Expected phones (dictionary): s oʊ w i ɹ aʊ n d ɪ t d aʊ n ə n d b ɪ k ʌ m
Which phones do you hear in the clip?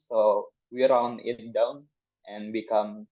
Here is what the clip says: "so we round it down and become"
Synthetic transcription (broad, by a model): s oʊ w i ɹ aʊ n ɪ t d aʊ n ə n b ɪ k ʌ m